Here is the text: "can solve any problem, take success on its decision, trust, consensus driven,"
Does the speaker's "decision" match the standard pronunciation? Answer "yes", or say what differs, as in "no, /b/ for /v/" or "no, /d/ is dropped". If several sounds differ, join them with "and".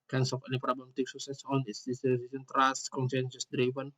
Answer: no, /s/ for /ʒ/